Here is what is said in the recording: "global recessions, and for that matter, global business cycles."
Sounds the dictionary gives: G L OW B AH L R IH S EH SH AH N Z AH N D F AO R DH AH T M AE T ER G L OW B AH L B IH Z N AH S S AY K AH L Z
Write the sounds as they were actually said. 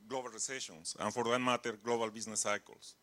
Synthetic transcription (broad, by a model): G L OW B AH L L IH S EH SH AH N S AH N F AO R DH AH T M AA T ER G L OW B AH L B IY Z N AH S S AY K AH L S